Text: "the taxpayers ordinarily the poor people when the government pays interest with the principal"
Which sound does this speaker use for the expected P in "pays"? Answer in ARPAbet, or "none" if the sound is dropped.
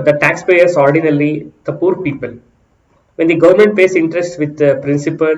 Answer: F